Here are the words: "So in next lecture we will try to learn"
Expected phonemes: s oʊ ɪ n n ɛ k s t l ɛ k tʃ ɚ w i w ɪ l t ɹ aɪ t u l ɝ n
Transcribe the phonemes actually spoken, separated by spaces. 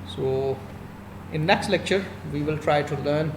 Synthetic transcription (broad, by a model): s oʊ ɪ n n ɛ k s t l ɛ k tʃ ɚ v i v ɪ l t ɹ aɪ t u l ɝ n